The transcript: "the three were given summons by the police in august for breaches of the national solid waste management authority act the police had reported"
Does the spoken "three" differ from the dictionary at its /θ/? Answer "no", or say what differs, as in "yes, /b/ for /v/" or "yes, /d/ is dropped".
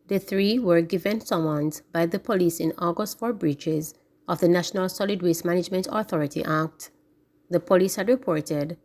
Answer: no